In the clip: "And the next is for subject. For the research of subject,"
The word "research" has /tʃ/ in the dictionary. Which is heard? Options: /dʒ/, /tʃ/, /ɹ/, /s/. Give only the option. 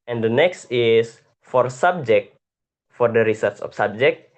/s/